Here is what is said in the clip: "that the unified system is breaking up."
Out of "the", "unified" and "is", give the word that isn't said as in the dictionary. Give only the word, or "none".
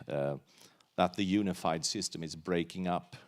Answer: none